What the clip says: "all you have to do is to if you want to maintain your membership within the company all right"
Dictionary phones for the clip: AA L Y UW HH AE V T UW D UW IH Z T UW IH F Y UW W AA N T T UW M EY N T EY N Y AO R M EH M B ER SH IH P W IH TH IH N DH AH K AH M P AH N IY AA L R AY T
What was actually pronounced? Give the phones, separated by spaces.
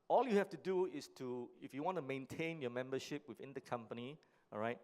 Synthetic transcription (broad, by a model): AA L Y UW HH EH F T UW D UW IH S T UW IH F Y UW W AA N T T UW M EY N T EY N Y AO M EH M B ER SH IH P W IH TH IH N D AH K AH M P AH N IY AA R AY T